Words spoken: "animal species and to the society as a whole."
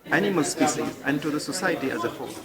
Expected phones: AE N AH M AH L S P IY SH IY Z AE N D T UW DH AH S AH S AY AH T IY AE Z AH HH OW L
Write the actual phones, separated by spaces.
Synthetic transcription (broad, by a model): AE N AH M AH L S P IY S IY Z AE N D T UW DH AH S AH S AY AH T IY AE Z AH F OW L